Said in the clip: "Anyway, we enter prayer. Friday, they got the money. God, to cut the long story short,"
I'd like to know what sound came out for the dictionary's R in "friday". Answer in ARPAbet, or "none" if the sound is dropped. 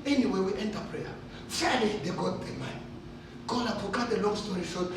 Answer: none